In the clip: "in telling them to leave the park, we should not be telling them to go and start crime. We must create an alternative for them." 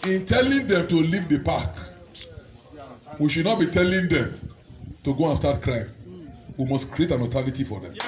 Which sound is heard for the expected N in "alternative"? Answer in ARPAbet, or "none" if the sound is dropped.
L